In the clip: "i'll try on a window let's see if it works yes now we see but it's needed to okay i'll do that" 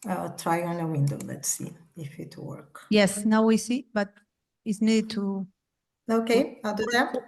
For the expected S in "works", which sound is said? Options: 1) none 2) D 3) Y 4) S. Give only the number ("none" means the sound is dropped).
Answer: 1